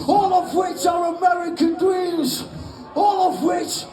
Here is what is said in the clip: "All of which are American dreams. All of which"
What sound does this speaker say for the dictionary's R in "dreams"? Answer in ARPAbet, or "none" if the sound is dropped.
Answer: W